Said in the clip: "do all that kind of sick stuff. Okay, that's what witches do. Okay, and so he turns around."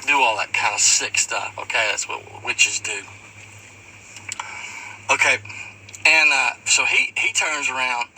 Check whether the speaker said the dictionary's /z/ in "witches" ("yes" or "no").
yes